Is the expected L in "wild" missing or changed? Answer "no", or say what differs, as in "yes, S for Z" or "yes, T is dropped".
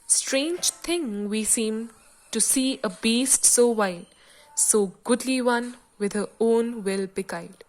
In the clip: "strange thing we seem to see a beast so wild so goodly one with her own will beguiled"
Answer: yes, L is dropped